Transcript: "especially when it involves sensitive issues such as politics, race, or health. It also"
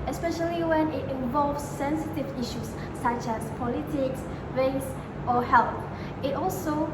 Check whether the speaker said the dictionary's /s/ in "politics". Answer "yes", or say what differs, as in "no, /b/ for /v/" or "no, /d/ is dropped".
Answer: yes